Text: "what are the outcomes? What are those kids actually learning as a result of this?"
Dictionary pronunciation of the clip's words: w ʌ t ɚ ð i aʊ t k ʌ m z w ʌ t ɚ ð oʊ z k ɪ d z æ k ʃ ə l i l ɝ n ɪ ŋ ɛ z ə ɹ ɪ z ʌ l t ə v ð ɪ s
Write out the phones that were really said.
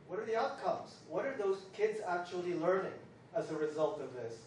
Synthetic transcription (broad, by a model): w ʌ t ɚ ð i aʊ t k ʌ m z w ʌ t ɚ ð oʊ z k ɪ d z æ k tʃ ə l i l ɝ n ɪ ŋ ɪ z ə ɹ ɪ z ʌ l t ə v ð ɪ s